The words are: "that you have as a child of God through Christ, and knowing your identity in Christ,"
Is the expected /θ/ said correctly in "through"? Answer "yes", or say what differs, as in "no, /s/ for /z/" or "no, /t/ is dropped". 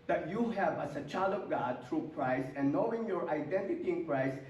no, /t/ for /θ/